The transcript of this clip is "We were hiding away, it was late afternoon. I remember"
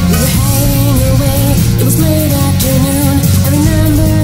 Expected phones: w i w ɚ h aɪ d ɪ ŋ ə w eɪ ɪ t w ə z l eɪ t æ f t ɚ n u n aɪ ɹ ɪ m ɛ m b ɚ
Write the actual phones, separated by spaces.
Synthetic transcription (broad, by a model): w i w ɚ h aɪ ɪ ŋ ə w eɪ ɪ t w ə z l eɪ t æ t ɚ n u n aɪ ɹ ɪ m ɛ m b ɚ